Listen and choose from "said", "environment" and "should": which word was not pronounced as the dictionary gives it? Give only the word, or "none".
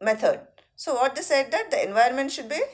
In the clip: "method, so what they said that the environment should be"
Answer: environment